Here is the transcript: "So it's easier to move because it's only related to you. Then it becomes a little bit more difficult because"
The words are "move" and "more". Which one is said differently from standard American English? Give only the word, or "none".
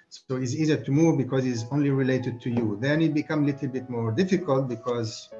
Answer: none